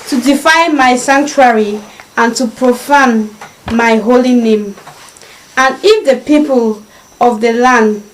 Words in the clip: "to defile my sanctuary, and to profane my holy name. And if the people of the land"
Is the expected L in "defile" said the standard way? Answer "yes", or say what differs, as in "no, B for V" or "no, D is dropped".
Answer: no, N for L